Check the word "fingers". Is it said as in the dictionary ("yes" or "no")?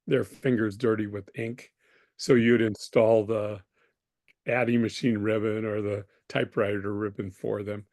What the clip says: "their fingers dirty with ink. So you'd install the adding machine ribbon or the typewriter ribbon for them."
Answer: yes